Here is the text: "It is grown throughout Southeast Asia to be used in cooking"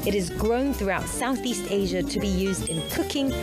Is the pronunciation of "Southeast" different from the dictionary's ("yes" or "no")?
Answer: no